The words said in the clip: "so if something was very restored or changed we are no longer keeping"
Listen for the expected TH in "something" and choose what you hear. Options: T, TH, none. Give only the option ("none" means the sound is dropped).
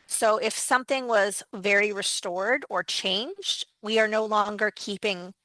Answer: TH